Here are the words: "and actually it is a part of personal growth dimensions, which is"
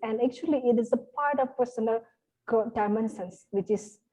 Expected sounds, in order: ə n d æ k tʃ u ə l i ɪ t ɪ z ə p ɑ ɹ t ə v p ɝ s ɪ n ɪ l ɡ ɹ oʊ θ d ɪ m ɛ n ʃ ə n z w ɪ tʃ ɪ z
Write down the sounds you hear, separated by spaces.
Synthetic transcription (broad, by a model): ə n d æ k tʃ u ə l i ɪ t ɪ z ə p ɑ ɹ t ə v p ɝ s ɪ n ɪ l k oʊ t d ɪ m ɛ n s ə n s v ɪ tʃ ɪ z